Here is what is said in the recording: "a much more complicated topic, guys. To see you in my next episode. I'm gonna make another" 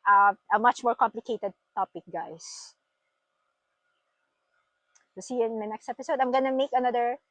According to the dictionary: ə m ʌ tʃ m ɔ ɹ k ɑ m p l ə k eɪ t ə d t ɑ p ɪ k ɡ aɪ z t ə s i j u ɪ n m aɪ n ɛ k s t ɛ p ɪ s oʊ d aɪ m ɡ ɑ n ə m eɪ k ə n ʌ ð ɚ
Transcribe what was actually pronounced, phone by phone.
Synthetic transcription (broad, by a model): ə m ʌ tʃ m ɔ ɹ k ɑ m p l ə k eɪ t ə d t ɑ p ɪ k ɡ aɪ s t ə s i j ɪ n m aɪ n ɛ k s t ɛ p ɪ s oʊ d aɪ m ɡ ɑ n ə m eɪ k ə n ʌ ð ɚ